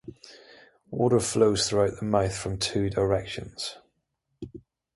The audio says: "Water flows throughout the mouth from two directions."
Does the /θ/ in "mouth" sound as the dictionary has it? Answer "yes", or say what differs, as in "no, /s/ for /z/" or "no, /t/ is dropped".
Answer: yes